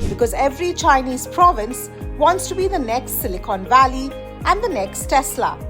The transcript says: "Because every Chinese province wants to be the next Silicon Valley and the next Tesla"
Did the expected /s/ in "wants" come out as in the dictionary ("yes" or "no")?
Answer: yes